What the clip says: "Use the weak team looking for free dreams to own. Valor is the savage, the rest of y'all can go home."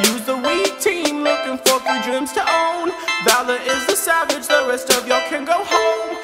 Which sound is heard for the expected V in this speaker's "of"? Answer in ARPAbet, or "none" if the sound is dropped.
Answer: V